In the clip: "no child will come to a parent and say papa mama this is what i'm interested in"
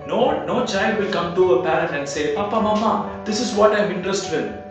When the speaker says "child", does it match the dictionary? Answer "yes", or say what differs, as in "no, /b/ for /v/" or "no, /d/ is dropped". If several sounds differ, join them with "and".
yes